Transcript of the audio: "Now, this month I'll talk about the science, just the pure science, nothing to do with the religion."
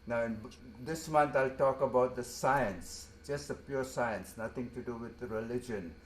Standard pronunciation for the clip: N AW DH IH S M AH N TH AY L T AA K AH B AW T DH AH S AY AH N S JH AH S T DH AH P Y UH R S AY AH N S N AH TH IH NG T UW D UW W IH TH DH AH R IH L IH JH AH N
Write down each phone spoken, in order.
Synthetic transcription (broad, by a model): N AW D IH S M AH N T AY L T AA K AH B AW T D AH S AY AH N S JH AH S T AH P Y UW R S AY AH N S N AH T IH NG T UW D UW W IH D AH R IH L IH JH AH N